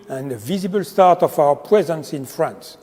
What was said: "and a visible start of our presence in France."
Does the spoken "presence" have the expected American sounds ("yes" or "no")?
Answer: yes